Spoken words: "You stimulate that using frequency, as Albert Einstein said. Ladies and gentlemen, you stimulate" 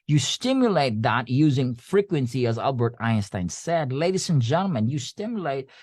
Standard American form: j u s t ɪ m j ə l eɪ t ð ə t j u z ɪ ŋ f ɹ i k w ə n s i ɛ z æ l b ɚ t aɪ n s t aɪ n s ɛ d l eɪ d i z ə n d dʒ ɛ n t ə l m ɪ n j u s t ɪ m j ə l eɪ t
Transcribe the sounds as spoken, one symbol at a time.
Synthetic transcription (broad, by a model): j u s t ɪ m j ə l eɪ t ð ə t j u z ɪ ŋ f ɹ i k w ə n s i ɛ z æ l b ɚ t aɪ n s t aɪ n s ɛ d l eɪ d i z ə n dʒ ɛ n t l m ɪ n j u s t ɪ m j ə l eɪ t